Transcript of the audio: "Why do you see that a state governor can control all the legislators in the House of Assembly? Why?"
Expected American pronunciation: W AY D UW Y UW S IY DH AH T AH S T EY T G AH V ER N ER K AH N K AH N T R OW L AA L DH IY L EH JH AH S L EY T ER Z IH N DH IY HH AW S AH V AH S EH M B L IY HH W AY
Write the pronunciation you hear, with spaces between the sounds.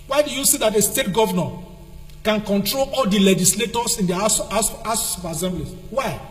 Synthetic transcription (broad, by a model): W AY D UW Y UW S IY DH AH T AH S T EY T G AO V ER N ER K AH N K AH N T R OW L AA L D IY L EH JH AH S L EY T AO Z IH N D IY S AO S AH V AH S EH M B L IY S W AY